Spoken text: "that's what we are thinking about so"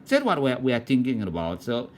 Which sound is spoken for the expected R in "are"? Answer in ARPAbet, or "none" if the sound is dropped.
W